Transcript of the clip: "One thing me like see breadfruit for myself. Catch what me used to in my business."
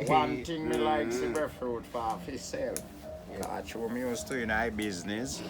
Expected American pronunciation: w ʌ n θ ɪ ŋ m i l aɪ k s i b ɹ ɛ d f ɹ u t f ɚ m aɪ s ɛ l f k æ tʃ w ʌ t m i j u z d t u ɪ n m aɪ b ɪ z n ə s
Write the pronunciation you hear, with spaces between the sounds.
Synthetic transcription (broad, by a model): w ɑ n t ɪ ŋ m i l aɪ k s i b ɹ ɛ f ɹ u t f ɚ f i s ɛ l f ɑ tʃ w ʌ m i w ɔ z t u ɪ n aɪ b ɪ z n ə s